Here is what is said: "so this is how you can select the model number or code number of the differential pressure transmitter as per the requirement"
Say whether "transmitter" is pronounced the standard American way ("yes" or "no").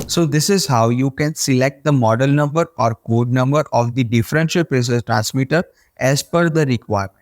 yes